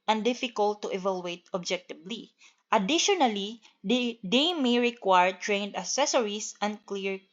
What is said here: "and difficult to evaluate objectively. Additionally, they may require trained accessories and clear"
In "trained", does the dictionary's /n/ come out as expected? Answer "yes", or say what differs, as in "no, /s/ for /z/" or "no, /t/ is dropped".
yes